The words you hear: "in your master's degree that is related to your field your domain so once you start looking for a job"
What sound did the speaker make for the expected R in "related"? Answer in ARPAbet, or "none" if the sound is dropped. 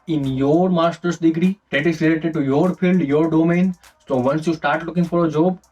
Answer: L